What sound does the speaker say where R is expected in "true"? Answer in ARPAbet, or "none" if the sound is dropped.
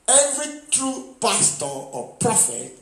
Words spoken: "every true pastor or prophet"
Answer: R